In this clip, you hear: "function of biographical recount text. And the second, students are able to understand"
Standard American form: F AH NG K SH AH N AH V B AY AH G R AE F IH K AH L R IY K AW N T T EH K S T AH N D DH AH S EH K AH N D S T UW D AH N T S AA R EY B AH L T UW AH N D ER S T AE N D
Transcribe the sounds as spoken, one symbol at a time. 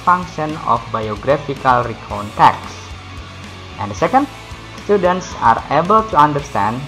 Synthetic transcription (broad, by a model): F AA NG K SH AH N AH F B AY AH G R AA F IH K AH L R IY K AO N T T EH K S T AH N D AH S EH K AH N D S T UW D AH N T S AA R EY B AH L T UW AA N D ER S T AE N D